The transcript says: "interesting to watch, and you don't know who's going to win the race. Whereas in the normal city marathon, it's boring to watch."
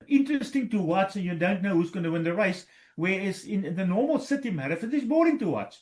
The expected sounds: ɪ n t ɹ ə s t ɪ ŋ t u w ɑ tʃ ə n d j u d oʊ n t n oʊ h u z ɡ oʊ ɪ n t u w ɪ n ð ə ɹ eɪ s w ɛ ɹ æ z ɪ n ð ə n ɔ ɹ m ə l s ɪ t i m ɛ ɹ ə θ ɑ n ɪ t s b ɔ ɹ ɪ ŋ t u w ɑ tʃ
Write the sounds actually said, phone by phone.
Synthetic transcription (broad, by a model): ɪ n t ɹ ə s t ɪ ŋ t u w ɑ s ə n j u d oʊ n t n oʊ h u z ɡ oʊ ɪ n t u w ɪ n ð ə ɹ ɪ s w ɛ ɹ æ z ɪ n ð ə n ɔ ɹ m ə l s ɪ t i m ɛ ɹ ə f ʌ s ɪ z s b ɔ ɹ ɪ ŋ t u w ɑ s